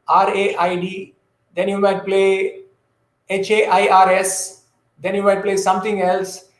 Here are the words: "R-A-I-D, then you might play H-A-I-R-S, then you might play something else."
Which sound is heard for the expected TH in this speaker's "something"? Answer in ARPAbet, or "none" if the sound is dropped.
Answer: T